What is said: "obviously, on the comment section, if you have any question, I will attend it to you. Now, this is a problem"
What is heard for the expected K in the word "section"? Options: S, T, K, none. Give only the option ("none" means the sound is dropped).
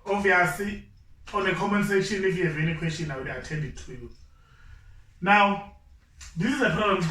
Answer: none